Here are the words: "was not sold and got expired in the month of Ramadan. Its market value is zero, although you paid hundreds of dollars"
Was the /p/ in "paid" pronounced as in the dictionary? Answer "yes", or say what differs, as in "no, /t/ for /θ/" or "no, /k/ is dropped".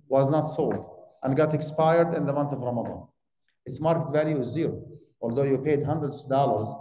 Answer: yes